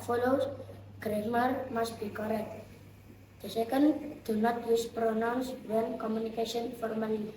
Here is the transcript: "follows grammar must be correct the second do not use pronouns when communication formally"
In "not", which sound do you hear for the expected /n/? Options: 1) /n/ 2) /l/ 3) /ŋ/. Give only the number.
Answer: 1